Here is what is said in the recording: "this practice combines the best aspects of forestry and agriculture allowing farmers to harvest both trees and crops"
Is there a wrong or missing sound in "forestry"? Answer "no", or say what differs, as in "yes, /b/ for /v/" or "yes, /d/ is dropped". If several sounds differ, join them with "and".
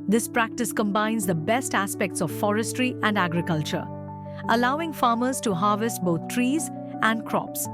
no